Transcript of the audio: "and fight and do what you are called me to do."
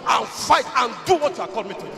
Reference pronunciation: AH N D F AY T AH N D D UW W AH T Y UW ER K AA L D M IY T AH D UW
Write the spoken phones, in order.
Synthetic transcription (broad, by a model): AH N F AY T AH N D D UW W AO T Y UW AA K AA D M IY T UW